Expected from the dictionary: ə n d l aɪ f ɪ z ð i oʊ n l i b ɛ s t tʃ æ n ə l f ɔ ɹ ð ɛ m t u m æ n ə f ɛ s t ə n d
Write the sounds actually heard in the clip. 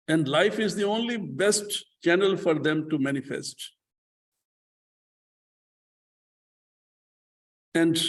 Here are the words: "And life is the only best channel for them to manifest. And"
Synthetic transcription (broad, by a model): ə n d l aɪ f ɪ z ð i oʊ n l i b ɛ s t tʃ æ n ə l f ɔ ɹ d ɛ m t u m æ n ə f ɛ s t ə n d